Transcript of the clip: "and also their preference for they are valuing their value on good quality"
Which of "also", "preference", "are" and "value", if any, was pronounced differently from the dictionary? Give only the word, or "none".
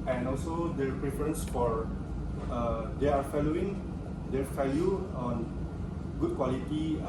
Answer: value